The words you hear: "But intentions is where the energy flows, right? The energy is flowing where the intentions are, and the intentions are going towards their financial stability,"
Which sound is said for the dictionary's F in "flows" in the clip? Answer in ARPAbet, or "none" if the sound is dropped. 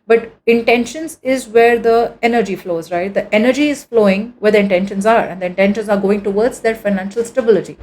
F